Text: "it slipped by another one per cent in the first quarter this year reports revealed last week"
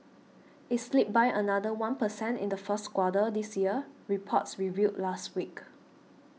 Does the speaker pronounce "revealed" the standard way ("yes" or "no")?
no